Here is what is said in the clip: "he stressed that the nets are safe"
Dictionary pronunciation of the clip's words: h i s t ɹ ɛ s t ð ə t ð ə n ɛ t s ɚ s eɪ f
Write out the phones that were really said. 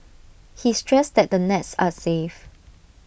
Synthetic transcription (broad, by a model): h i s t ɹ ɛ s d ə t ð ə n ɛ t s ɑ s eɪ f